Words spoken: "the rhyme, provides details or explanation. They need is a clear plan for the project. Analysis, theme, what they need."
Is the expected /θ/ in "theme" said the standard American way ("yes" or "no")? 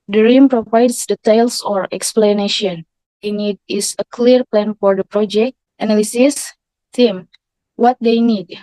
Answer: no